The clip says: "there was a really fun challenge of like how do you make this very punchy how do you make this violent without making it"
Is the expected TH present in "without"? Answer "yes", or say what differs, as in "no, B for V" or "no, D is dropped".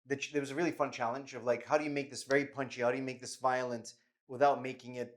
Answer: yes